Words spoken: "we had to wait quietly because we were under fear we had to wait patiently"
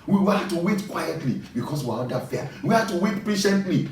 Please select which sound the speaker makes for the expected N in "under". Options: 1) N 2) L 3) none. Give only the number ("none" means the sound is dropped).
3